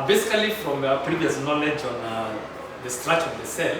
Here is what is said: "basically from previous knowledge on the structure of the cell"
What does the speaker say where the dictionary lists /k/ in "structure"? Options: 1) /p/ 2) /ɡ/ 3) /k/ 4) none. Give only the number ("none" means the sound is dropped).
4